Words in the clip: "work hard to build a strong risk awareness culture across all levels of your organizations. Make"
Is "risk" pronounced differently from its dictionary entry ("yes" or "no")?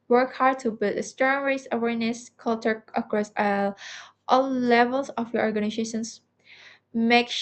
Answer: yes